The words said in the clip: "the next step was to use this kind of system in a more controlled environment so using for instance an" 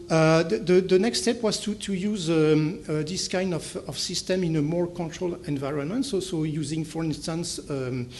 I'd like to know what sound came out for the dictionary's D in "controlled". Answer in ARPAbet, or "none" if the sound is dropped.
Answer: none